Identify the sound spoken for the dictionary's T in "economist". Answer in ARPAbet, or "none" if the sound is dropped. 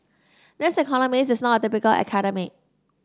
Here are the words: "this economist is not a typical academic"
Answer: none